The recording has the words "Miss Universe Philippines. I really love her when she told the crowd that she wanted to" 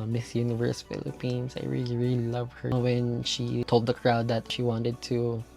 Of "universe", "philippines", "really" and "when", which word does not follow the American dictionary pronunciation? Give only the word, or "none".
philippines